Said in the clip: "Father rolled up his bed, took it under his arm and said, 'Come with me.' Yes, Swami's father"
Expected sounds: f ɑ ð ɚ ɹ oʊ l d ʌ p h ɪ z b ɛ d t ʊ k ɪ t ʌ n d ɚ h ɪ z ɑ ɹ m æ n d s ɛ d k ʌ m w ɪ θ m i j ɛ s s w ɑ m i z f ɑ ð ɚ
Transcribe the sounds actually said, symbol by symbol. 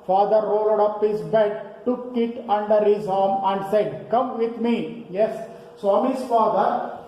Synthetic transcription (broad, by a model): f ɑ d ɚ ɹ oʊ l d ʌ p h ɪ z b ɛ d t ʊ k ɪ t ʌ n d ɚ h ɪ z ɑ ɹ m æ n d s ɛ d k ʌ m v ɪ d m i j ɛ s s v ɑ m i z f ɑ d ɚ